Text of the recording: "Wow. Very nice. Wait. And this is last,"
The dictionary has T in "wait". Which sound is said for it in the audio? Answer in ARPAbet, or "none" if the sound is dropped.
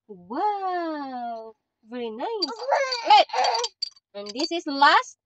none